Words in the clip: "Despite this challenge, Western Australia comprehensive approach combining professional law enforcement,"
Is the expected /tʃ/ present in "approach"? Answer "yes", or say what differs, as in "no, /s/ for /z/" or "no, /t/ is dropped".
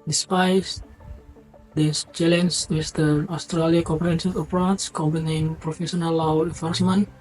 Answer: no, /s/ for /tʃ/